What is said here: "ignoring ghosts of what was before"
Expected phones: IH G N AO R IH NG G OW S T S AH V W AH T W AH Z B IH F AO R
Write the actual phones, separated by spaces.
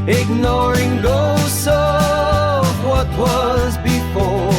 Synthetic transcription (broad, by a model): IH G N AO R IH NG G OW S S AH V W AH T W AH Z B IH F AO R